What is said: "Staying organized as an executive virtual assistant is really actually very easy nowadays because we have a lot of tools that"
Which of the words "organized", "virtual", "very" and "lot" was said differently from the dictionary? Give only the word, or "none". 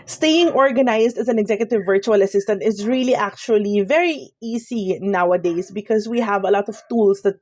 organized